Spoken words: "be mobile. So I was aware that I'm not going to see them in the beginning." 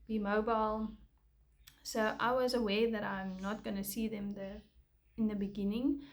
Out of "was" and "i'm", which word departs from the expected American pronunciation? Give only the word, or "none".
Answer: none